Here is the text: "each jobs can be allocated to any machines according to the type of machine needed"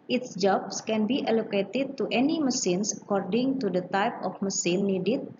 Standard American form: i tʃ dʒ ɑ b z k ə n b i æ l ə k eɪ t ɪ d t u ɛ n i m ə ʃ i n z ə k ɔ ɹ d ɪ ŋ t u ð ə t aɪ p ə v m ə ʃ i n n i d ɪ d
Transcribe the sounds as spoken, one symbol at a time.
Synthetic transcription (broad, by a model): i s dʒ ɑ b s k ə n b i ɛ l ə k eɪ t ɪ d t u ɛ n i m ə s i n s ə k ɔ ɹ d ɪ ŋ t u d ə t aɪ p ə f m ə s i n n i d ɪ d